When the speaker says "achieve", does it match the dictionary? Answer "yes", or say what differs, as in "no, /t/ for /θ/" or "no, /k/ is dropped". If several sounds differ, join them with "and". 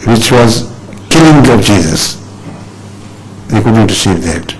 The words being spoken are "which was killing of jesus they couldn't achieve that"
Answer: no, /s/ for /tʃ/